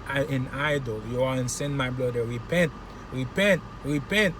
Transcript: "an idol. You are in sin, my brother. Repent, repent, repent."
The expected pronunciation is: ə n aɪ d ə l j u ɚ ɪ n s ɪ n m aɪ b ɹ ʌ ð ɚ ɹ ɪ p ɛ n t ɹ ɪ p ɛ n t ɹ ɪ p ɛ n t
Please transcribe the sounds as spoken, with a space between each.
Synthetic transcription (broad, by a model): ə n aɪ d ə l j u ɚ ɪ n s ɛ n m aɪ b l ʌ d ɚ ɹ ɪ p ɛ n t ɹ ɪ p ɛ n t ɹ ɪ p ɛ n t